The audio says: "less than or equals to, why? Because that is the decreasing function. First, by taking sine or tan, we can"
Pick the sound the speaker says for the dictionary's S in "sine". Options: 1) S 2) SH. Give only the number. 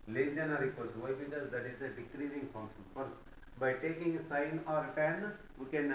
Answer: 1